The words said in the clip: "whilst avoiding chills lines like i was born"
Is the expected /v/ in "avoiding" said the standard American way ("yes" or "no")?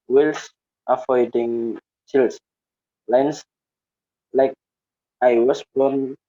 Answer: no